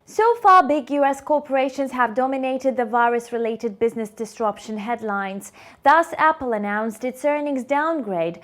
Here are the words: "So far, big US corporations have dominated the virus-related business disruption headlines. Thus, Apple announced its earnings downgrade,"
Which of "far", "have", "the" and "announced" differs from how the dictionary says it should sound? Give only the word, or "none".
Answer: none